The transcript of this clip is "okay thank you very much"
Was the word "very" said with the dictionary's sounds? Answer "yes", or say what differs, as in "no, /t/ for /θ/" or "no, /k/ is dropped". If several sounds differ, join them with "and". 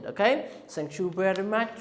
no, /b/ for /v/